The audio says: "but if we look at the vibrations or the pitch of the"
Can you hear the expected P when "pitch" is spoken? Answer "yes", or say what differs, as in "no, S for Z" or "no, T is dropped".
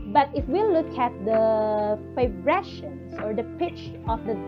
yes